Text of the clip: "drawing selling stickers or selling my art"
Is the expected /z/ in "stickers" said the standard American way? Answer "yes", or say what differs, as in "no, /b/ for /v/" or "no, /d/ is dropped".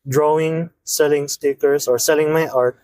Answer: no, /s/ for /z/